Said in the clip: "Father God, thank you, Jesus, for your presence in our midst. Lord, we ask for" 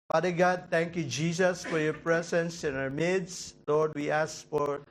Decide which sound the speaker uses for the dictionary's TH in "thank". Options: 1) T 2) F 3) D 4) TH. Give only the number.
1